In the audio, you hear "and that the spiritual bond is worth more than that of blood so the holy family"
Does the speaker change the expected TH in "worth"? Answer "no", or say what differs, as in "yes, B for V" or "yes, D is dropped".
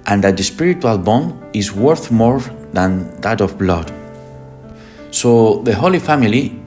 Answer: no